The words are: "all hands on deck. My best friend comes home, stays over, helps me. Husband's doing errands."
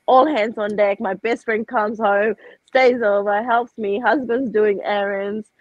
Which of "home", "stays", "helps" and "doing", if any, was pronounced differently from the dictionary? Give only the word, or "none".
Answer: none